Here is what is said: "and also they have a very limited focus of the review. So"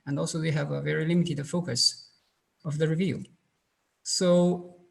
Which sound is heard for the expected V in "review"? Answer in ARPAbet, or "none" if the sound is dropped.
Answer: V